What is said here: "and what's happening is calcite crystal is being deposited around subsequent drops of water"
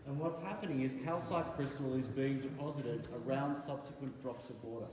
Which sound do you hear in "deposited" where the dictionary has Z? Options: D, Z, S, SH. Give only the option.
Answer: Z